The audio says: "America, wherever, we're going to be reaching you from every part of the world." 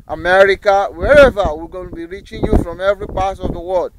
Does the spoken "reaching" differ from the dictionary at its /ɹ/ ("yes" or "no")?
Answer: no